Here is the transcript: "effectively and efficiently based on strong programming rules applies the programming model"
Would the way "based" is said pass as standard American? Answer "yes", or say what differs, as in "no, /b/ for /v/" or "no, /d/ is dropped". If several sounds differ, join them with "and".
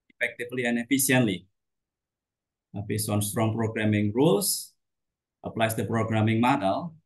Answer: no, /t/ is dropped